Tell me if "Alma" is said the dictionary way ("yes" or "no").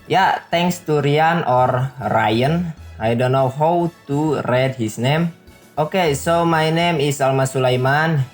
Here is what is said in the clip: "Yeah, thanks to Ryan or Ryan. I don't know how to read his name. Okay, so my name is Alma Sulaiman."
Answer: yes